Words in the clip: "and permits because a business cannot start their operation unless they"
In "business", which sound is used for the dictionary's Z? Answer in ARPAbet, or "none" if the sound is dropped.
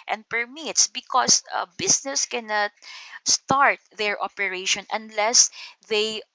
S